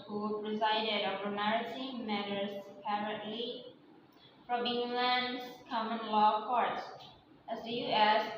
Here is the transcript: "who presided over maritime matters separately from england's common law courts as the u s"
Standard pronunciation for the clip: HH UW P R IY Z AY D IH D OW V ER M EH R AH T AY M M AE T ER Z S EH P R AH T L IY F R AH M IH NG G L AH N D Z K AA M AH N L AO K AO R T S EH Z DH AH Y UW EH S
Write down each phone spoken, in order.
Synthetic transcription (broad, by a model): HH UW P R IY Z AY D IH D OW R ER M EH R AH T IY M M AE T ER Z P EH R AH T L IY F R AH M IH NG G L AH N D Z K AA M AH N L AO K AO R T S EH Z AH Y UW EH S